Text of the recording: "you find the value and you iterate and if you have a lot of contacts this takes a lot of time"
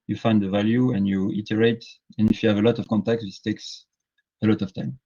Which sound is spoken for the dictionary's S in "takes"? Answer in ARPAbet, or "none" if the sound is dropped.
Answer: S